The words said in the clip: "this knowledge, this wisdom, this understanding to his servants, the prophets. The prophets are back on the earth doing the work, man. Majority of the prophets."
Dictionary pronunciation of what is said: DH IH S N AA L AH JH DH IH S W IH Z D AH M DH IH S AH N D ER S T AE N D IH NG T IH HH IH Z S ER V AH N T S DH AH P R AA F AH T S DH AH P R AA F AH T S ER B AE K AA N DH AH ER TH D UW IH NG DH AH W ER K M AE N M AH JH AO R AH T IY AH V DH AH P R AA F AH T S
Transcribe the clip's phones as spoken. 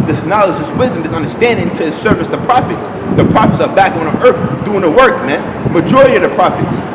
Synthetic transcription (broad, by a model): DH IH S N AA L AH JH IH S W IH Z D AH M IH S AH N D ER S T AE N D IH NG T IH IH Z S ER V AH S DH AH P R AA F AH T S DH AH P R AA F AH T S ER B AE K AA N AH ER TH D UW IH NG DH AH W ER K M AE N M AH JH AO R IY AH DH AH P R AA F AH T S